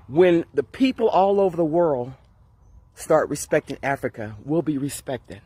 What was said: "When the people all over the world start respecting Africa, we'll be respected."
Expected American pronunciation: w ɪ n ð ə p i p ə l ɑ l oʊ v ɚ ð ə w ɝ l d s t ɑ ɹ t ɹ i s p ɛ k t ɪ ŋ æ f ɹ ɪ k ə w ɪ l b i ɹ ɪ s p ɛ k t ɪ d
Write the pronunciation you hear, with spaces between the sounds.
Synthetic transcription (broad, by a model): w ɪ n ð ə p i p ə l ɑ l oʊ v ɚ ð ə w ɝ l d s t ɑ ɹ t ɹ i s p ɛ k t ɪ ŋ æ f ɹ ɪ k ə w ɪ l b i ɹ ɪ s p ɛ k t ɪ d